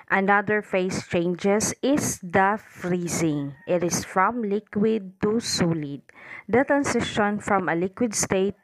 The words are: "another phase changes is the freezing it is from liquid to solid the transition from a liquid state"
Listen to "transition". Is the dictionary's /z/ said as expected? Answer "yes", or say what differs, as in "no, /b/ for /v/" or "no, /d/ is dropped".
no, /s/ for /z/